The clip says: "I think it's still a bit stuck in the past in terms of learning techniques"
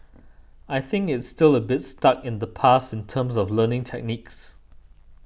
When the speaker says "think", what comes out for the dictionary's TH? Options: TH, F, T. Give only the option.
TH